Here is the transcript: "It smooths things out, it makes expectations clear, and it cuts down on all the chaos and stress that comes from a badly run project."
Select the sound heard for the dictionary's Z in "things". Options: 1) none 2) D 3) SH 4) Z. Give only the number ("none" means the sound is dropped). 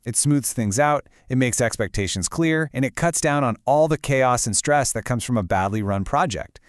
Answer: 4